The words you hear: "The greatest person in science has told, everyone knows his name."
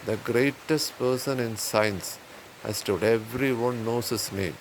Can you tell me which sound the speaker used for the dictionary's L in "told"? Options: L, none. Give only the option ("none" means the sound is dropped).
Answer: none